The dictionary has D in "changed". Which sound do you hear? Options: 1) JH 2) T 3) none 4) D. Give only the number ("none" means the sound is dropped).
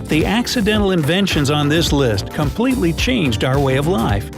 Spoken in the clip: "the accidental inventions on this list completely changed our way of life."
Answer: 4